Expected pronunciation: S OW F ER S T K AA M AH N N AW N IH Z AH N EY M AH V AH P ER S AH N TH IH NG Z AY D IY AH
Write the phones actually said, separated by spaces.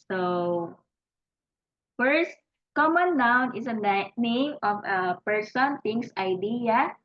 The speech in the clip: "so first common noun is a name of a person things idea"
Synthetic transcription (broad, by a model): S OW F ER S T K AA M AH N N AW N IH S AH N EY M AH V AH P ER S AH N T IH NG S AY D IY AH